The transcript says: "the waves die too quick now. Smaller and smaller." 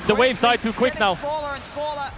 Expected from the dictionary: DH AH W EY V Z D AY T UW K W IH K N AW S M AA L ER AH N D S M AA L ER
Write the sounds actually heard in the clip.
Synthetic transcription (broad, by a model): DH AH W EY V Z D AY T UW K W IH K N AW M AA L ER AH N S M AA L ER